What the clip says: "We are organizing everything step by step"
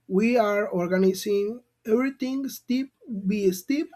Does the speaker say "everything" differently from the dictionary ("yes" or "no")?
yes